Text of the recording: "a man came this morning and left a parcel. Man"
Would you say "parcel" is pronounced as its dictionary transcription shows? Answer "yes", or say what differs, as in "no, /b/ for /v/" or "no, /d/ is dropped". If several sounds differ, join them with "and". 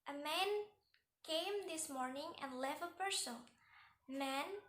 no, /n/ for /l/